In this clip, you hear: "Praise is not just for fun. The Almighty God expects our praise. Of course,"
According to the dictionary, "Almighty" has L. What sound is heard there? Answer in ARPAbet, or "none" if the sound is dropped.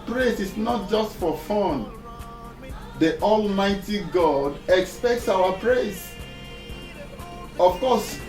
L